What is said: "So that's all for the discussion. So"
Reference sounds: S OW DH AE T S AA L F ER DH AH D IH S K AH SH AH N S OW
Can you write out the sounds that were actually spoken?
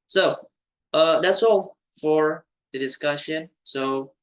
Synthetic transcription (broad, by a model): S OW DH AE T S AA L F ER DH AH D IH S K AH SH AH N S OW